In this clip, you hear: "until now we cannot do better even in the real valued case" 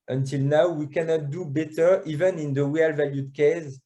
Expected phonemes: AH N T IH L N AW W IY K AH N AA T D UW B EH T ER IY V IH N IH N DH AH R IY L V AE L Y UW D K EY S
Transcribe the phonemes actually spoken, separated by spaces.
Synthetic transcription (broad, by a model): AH N T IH L N AW W IY K AH N AA T D UW B EH T ER IY V IH N IH N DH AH W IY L V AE L Y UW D K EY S